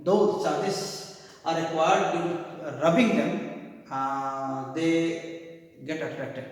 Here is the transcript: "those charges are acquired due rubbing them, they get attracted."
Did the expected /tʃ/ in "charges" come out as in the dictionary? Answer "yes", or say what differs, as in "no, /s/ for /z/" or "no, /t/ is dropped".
no, /s/ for /tʃ/